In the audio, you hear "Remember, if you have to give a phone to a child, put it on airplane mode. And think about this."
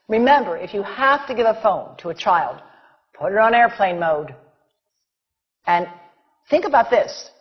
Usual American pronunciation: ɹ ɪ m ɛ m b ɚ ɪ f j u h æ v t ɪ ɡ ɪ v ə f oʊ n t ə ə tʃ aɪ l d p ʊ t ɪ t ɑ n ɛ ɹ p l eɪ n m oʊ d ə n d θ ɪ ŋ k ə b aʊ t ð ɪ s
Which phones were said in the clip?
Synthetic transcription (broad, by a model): ɹ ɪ m ɛ m b ɚ ɪ f j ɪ h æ f t ɪ ɡ ɪ v ə f oʊ n t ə ə tʃ aɪ l d p ʊ t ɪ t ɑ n ɛ ɹ p l eɪ n m oʊ d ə n θ ɪ ŋ k ə b aʊ t ð ɪ s